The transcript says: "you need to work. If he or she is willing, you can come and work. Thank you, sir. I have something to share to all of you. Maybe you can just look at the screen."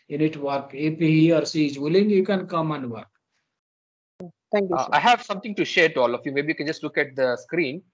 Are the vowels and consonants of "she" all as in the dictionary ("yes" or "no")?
no